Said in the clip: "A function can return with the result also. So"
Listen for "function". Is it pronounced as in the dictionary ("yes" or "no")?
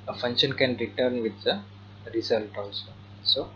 yes